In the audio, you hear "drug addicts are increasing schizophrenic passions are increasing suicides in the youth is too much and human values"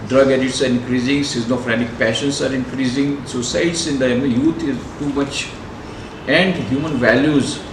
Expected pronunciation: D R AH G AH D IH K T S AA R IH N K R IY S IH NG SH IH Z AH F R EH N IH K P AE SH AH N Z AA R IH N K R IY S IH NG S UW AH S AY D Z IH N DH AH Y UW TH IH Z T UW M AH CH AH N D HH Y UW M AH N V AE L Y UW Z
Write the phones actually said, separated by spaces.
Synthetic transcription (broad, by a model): D R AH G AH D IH T S AA R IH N K R IY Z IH NG S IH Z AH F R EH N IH K P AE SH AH N S AA R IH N K R IY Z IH NG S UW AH S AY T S IH N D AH Y UW T IH Z T UW M AH CH AH N D HH Y UW M AH N V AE L Y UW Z